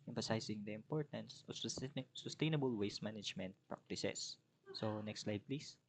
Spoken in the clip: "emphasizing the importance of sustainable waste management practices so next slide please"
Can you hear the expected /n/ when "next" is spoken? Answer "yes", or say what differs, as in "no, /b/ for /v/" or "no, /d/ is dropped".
yes